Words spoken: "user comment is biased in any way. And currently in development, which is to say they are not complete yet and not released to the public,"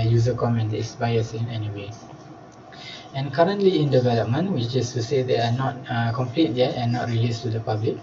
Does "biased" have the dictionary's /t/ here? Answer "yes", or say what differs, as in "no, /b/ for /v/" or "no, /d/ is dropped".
no, /t/ is dropped